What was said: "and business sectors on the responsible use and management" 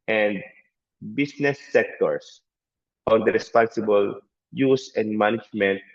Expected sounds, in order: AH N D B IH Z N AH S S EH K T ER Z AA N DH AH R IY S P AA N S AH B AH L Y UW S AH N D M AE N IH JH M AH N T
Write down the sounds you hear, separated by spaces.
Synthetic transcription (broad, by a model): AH N D B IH S N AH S S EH K T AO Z AA N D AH R IY S P AA N S AH B AH L Y UW S AH N D M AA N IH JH M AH N T